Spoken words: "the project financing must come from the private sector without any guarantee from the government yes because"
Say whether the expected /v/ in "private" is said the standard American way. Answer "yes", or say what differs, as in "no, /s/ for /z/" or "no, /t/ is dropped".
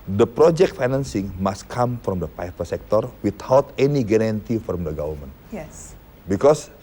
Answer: no, /f/ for /v/